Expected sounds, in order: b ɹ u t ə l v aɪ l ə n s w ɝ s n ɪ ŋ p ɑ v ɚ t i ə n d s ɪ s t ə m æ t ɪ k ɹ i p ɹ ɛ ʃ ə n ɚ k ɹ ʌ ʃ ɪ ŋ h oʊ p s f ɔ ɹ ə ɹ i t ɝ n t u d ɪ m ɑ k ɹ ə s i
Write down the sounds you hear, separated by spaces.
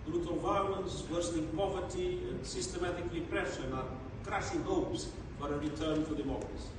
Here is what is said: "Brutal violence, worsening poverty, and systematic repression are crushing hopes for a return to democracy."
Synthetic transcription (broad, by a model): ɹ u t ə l v aɪ l ə n s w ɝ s l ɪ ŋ p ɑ v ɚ t i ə n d s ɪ s t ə m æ t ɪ k ɹ i p ɹ ɛ ʃ ə n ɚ k ɹ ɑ s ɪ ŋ h oʊ p s f ɔ ɹ ə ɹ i t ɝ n t u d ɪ m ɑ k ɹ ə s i